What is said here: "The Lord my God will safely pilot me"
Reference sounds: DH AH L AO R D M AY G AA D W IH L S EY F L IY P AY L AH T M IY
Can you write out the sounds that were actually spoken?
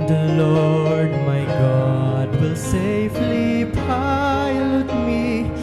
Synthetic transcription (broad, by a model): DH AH L AO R D M AY G AA D W IH L S EY F L IY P AY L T M IY